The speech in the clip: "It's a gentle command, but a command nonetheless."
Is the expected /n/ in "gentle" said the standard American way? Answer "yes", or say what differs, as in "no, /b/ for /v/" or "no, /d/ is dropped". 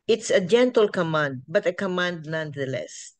yes